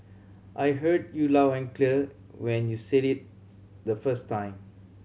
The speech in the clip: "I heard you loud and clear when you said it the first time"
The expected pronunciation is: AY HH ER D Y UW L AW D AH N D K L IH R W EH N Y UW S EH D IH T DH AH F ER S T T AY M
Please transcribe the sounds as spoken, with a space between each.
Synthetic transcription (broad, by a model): AY HH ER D Y UW L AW AH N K L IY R W EH N Y UW S EH D IH T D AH F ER S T T AY M